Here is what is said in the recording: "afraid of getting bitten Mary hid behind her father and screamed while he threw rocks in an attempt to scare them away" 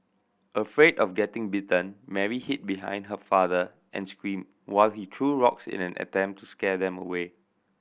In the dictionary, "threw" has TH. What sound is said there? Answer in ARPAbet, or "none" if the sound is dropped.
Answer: T